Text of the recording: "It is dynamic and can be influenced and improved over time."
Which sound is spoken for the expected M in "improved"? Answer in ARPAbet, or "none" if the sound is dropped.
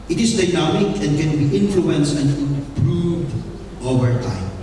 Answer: none